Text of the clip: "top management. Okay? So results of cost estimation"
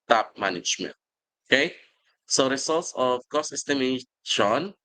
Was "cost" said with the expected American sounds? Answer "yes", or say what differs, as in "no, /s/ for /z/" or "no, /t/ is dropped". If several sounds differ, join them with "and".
no, /t/ is dropped